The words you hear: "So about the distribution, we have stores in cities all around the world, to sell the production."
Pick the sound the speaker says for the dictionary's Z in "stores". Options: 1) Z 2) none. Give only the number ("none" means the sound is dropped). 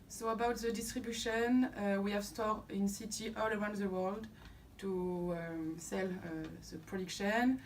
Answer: 2